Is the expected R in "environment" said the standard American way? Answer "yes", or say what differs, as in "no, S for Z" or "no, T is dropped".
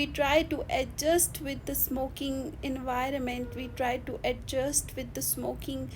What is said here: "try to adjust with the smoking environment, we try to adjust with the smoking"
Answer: yes